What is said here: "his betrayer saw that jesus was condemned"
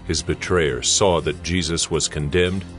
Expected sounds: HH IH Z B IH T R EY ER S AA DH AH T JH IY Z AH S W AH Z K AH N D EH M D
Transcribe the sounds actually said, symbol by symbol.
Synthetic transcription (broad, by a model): HH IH Z B IH T R EY ER S AA DH AH T JH IY Z AH S W AH Z K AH N D EH M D